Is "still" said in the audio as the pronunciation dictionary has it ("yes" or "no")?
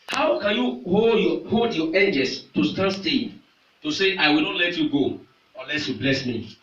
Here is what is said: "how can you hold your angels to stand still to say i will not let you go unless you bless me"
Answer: no